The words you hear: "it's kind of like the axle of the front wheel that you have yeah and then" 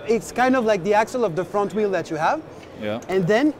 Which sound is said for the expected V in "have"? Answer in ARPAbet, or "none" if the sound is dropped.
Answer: V